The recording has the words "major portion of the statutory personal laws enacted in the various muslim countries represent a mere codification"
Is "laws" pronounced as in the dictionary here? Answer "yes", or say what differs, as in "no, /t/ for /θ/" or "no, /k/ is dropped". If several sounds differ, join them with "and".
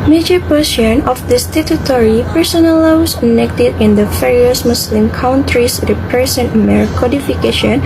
no, /w/ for /l/